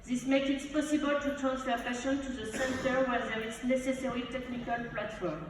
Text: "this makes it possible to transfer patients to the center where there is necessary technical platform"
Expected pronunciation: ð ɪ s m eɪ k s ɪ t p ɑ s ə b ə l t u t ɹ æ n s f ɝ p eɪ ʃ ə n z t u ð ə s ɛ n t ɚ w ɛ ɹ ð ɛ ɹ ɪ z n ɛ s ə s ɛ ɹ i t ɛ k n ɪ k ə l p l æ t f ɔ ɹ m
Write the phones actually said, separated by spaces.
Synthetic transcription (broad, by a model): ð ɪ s m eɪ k ɪ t p ɑ s ə b ə l t u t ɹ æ n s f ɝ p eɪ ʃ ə n t u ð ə s ɛ n t ɚ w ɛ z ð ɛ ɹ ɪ s n ɛ s ə s ɛ ɹ i t ɛ k n ɪ k ə l p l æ t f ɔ ɹ m